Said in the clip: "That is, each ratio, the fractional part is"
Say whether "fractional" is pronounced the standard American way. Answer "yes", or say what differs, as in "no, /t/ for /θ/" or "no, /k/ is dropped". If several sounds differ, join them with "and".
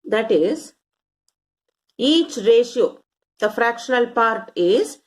yes